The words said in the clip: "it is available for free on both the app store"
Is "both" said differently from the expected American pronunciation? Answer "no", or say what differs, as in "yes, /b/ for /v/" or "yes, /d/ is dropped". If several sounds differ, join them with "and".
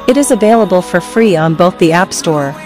no